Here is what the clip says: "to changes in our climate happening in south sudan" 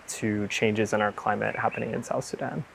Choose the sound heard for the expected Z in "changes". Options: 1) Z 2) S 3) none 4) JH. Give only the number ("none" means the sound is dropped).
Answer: 1